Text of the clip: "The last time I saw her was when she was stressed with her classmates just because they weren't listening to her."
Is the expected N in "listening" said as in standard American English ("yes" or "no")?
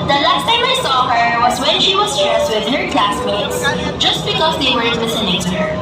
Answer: no